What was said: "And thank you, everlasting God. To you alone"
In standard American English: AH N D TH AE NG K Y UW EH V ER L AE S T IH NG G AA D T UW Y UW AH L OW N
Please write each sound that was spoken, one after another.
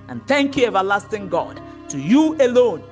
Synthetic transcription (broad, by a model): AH N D TH AE NG K Y UW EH V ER L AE S T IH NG G AA D T UW Y UW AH L OW N